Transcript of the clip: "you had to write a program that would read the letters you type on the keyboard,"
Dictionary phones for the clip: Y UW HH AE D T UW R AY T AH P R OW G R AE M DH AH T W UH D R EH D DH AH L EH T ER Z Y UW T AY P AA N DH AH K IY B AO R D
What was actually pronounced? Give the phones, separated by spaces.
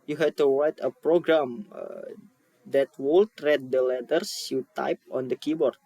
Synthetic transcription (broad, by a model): Y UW HH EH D T UW W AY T AH P R OW G R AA M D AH T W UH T R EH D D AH L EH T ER S Y UW T AY P AA N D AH K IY B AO R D